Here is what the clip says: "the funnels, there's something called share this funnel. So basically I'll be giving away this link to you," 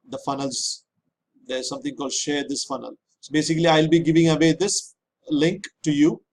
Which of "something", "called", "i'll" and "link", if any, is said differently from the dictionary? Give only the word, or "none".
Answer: something